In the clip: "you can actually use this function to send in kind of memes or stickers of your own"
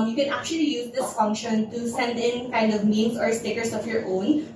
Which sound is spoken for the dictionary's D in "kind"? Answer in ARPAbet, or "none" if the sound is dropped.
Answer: D